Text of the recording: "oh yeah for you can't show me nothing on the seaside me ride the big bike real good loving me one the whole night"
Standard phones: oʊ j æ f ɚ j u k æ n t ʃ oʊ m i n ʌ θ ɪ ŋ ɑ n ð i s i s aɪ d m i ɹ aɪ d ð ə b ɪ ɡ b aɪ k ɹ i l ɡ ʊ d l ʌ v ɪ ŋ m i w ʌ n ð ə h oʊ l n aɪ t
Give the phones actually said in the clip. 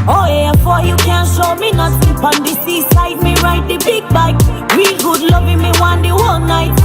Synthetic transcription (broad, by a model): oʊ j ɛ f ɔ j u k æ n ʃ oʊ m i n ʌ s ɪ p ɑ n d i s i s aɪ d m i ɹ aɪ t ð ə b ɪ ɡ b aɪ k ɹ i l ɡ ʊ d l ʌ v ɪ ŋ m i w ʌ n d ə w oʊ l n aɪ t